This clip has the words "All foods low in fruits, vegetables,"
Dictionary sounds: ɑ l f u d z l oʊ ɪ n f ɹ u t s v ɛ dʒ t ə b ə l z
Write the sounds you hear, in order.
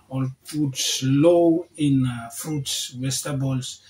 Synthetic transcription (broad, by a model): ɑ l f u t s l oʊ ɪ n f ɹ u t s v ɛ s t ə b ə l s